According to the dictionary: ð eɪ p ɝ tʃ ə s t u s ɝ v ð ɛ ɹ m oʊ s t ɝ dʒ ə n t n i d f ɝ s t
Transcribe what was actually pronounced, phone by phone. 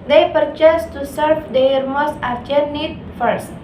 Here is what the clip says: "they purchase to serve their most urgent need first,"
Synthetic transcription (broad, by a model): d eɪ p ɝ tʃ ə s t u s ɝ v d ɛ ɹ m oʊ s t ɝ tʃ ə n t n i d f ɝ s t